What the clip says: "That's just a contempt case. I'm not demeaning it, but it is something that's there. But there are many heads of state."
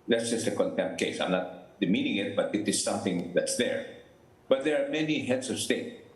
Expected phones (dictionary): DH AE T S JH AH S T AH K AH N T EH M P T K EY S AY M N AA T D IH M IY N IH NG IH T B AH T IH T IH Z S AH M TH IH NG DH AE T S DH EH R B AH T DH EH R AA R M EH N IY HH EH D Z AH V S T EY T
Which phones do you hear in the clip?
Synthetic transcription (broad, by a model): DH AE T S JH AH S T AH K AH N T EH M P T K EY S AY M N AA T D IH M IY N IH NG IH T B AH T IH T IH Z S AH M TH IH NG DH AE T S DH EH R B AH T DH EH R AA R M EH N IY HH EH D S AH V S T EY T